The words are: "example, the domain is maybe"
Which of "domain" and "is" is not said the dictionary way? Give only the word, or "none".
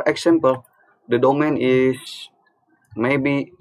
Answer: is